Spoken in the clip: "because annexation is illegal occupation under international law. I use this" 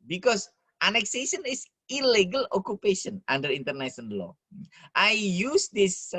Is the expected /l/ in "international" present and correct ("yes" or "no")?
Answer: no